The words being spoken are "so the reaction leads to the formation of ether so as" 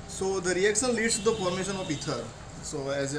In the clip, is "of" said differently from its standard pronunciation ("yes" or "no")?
yes